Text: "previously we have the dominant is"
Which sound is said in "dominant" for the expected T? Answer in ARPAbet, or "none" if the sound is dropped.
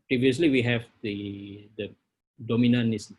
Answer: none